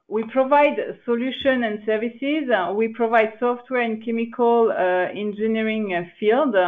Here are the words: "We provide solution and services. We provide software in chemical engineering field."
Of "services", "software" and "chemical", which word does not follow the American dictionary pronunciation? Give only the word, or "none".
none